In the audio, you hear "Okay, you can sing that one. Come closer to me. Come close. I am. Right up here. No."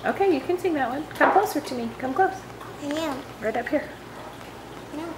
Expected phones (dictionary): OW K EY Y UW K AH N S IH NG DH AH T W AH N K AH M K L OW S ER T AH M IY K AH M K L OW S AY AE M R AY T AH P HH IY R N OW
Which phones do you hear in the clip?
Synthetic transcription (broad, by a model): OW K EY Y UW K AH N S IH NG DH AH T W AH N K AH M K OW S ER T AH M IY K AH M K OW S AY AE R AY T AH P HH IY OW